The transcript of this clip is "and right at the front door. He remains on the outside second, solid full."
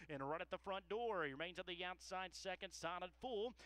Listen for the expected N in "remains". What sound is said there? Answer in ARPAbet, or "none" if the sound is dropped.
N